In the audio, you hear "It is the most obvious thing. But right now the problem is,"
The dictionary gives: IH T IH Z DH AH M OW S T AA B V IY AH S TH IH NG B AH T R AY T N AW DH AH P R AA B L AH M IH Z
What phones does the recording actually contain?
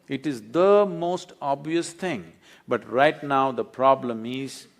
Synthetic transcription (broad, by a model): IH T IH Z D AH M OW S T AA B V IY AH S T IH NG B AH T R AY T N AW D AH P R AA B L AH M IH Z